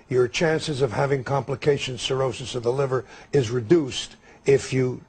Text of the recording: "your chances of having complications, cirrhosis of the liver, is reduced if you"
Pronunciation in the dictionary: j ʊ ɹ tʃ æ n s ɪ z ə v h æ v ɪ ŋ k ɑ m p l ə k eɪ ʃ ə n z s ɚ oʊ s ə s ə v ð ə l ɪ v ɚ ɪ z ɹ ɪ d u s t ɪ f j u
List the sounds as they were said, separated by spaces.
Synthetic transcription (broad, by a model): j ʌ ɹ tʃ æ n s ɪ z ə v h æ v ɪ ŋ k ɑ m p l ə k eɪ ʃ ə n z s ɚ oʊ s ə s ə v ð ə l ɪ v ɚ ɪ z ɹ ɪ d u s t ɪ f j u